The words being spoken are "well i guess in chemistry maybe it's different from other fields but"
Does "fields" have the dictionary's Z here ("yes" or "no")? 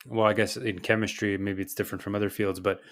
yes